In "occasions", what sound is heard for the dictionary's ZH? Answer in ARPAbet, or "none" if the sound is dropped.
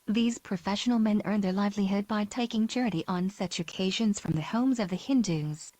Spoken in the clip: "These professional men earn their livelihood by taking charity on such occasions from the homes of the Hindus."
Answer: ZH